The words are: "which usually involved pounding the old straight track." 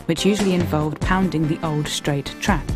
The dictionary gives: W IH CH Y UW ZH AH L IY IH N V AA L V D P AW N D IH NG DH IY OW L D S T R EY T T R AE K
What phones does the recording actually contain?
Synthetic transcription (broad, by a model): W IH CH Y UW ZH AH L IY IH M V AA L V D P AW N D IH NG DH IY OW L D S T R EY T T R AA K